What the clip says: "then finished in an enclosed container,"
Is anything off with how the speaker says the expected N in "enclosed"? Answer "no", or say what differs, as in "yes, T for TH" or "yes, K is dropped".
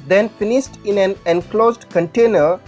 no